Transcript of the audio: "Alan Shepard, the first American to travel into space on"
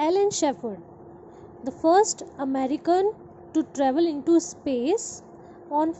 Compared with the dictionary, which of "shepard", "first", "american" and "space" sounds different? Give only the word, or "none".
shepard